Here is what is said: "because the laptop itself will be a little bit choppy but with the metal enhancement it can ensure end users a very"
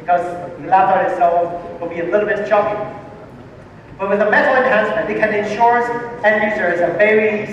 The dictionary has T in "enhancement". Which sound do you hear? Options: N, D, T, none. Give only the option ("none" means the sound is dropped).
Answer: none